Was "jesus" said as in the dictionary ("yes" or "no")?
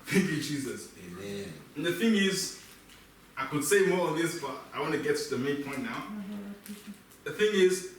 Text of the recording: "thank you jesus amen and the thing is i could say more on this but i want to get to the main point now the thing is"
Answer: yes